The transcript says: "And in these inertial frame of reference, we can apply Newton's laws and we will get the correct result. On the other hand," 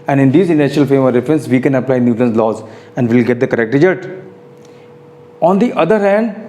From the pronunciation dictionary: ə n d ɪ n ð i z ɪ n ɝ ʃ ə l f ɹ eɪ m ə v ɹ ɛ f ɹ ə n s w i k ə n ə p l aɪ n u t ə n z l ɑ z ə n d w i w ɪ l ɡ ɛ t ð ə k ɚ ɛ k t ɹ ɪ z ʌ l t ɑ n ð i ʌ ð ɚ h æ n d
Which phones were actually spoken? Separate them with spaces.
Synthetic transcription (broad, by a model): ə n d ɪ n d i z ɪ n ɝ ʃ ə l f eɪ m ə ɹ ɛ f ɹ ə n s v i k ə n ə p l aɪ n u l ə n s l ɑ z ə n d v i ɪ l ɡ ɛ t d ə k ɚ ɛ k t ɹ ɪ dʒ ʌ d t ɑ n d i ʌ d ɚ h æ n d